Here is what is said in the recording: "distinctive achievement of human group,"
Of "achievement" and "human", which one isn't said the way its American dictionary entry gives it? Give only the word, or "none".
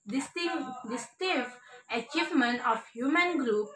none